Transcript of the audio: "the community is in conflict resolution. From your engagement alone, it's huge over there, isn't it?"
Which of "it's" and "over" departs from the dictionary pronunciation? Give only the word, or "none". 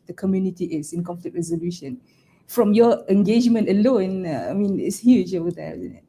over